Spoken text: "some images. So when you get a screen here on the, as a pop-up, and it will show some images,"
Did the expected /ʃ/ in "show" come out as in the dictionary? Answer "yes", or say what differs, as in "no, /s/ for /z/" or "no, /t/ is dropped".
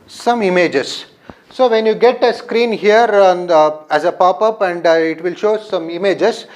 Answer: yes